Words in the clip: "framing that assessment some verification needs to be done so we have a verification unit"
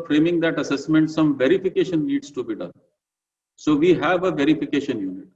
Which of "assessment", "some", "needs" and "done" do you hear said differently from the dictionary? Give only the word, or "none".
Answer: needs